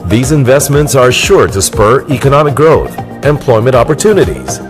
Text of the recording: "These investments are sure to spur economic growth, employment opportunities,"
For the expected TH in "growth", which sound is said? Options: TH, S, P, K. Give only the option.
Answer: TH